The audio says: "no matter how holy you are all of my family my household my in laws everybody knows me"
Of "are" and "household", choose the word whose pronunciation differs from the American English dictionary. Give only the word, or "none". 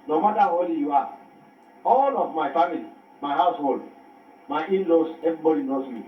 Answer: are